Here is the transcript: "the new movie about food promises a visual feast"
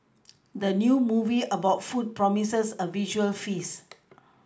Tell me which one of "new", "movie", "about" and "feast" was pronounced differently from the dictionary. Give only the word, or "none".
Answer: feast